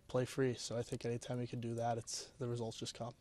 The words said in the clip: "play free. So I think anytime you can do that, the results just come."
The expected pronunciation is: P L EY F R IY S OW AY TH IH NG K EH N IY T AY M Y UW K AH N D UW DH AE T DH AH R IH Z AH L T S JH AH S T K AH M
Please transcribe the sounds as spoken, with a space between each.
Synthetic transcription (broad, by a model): P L EY F R IY S OW AY TH IH NG K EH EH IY T AY M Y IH K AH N D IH DH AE T DH AH R IH Z AH L T S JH AH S K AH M